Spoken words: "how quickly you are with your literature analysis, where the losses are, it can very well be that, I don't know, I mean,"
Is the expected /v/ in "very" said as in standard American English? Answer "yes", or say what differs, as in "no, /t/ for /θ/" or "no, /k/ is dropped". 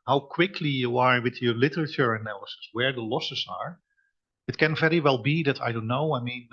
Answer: yes